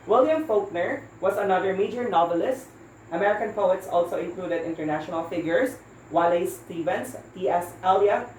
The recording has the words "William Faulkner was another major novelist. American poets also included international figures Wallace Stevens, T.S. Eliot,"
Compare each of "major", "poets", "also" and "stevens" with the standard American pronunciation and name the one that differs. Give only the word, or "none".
stevens